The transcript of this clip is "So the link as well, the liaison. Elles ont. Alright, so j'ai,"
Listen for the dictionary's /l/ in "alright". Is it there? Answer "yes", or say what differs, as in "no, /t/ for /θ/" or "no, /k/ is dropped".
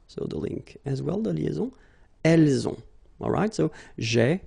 yes